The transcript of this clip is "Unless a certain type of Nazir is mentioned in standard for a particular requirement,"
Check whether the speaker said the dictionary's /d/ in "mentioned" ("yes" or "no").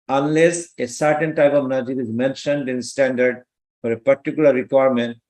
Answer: yes